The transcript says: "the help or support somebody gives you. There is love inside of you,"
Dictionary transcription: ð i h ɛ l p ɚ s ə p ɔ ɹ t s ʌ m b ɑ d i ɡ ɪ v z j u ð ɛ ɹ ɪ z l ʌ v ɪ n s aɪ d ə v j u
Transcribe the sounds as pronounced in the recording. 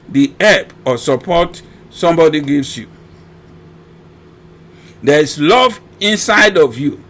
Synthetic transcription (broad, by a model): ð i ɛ p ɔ s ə p ɔ t s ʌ m b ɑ d i ɡ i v s j u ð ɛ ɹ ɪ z l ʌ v ɪ n s aɪ d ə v j u